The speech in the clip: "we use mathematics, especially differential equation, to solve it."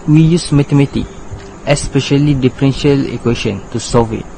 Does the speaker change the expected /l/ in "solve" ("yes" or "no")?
yes